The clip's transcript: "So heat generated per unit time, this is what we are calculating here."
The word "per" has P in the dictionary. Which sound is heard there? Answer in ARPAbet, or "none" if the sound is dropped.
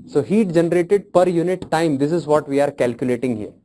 P